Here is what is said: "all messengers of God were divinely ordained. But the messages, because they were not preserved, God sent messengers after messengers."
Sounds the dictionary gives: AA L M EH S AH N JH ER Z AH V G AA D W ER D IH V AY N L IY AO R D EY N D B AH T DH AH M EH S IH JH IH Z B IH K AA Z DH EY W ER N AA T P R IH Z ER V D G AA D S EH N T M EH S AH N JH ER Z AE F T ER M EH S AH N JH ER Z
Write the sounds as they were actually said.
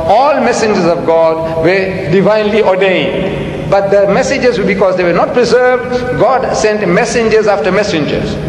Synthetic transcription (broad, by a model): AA L M EH S AH N JH ER Z AH V G AA D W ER D IH V AY N L IY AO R D EY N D B AH T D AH M EH S IH JH IH Z B IH K AA Z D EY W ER N AA T P R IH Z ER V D G AA D S EH N T M EH S AH N JH ER Z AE F T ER M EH S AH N JH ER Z